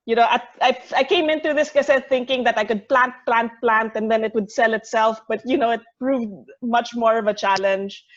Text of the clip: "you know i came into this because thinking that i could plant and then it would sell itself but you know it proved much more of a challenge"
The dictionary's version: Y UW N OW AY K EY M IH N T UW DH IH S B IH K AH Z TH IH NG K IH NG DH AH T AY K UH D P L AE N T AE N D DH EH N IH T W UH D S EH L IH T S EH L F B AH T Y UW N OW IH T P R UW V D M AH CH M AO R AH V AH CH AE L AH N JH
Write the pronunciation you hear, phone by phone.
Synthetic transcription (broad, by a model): Y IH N OW AY K EY M IH N T UW DH IH S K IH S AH TH IH NG K IH NG DH AH T AY K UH D P L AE N T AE N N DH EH N IH T W UH D S EH L IH T S EH L F B AH T Y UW N OW IH T P R UW V D M AH CH M AO R AH V AH CH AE L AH N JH